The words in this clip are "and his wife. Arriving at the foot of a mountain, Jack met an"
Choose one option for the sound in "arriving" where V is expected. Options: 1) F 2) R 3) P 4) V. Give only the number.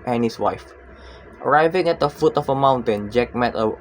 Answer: 4